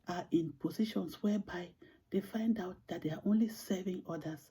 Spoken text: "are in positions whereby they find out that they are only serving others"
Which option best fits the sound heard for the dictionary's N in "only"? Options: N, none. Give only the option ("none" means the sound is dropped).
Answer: N